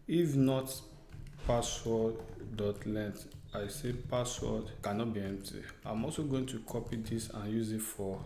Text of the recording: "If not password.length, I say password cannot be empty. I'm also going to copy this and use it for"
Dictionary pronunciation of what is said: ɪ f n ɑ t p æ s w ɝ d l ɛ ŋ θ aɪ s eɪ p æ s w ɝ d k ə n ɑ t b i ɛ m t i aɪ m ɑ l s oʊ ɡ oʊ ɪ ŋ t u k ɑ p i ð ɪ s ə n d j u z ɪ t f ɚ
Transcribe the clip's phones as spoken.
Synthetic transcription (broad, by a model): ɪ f n ɑ t p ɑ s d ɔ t l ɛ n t aɪ s eɪ p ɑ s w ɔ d k ə n ɑ t b i ɛ m t i aɪ m ɑ l s oʊ ɡ oʊ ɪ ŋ t u k ɑ p i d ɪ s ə n j u z ɪ t f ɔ